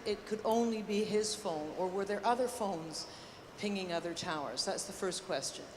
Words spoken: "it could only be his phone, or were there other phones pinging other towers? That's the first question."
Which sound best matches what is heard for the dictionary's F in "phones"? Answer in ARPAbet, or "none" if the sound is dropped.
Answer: F